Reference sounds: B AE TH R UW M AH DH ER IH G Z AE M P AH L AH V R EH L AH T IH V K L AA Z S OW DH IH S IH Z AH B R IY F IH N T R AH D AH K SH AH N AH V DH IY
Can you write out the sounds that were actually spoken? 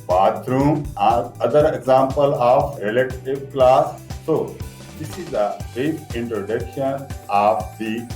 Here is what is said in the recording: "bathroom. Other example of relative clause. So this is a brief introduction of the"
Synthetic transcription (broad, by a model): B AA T R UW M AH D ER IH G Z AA M P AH L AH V R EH L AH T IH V K L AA S OW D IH S IH Z AH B EH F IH N T R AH D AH K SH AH N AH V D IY